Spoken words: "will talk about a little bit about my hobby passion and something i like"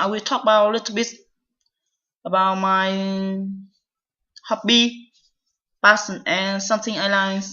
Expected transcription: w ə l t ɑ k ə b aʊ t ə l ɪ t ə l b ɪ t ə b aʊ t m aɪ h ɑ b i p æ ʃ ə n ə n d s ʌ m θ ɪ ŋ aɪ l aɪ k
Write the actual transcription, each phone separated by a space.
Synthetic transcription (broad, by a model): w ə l t ɑ k ə b aʊ t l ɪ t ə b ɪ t ə b aʊ t m aɪ h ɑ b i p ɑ s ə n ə n s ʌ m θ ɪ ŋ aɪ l aɪ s